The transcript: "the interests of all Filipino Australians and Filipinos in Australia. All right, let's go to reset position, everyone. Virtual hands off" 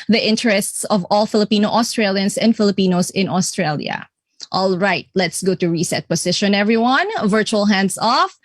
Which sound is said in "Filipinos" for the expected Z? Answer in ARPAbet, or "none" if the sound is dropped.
S